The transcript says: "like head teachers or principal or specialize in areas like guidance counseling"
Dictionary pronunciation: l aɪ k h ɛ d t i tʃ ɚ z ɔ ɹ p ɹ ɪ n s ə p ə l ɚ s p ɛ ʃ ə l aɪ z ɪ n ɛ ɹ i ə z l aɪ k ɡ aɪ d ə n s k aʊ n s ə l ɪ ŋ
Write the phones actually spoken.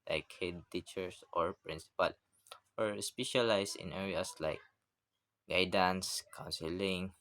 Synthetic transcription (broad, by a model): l aɪ k h ɛ d t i tʃ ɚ s ɔ ɹ p ɹ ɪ n s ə p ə l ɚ s p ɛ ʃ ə l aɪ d ɪ n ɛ ɹ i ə s l aɪ k ɡ aɪ d ə n s k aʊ n s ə l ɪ ŋ